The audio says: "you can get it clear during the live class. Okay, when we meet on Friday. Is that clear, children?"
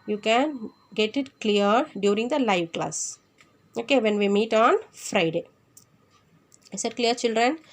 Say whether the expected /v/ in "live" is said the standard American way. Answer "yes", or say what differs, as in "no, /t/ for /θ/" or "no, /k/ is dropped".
yes